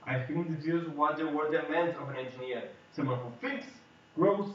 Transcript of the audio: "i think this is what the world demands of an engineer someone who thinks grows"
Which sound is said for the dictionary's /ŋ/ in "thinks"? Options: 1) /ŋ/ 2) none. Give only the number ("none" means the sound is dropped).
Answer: 2